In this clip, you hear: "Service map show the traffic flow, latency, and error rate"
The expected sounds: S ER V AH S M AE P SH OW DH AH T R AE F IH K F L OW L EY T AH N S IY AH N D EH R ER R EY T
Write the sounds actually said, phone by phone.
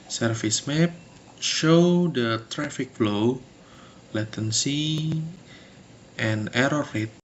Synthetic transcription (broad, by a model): S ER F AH S M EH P SH OW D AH T R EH F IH K F L OW L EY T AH N S IY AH N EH R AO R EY T